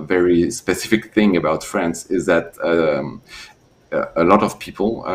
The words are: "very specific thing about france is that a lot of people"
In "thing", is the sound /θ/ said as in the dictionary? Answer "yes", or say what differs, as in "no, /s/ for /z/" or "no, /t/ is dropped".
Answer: yes